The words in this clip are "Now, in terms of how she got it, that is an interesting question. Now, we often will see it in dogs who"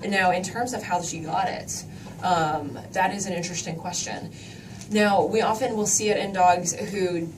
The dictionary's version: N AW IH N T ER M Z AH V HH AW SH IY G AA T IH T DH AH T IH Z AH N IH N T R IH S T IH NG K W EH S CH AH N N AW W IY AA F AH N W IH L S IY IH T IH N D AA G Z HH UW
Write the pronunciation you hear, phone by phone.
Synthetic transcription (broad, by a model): N AW IH N T ER M Z AH V HH AW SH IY G AA T IH T DH AH T IH Z AH N IH N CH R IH S T IH NG K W EH S CH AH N N AW W IY AA F AH N W IH L S IY IH T IH N D AA G Z HH UW